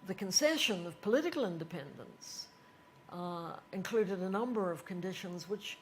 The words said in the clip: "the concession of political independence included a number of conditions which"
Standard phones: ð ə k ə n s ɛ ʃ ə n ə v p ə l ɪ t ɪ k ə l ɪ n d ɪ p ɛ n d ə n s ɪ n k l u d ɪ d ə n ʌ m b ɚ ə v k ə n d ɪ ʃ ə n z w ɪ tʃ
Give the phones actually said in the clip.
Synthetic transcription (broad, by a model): ð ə k ə n s ɛ ʃ ə n ə v p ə l ɪ t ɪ k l ɪ n d ɪ p ɛ n d ə n s ɪ n k l u d ɪ d ə n ʌ m b ɚ ə v k ə n d ɪ ʃ ə n z w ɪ tʃ